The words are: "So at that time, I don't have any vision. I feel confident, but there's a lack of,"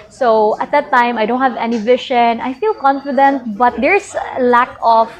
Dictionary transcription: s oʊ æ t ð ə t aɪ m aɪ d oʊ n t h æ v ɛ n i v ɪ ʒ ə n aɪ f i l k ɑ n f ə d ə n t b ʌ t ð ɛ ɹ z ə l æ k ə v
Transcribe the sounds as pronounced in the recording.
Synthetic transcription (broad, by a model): s oʊ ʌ t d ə t aɪ m aɪ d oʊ n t h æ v ɛ n i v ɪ ʃ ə n aɪ f i l k ɑ n f ə d ə n t b ʌ t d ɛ ɹ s l æ k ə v